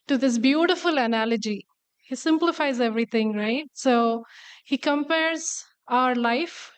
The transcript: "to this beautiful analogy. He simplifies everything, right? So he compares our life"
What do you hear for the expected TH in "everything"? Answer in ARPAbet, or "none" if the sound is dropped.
T